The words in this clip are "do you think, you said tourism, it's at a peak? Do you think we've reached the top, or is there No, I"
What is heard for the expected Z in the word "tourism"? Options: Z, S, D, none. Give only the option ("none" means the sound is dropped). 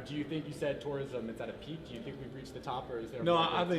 Z